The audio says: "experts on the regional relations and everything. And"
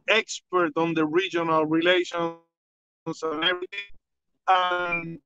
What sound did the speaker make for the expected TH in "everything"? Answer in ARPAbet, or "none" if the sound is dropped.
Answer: T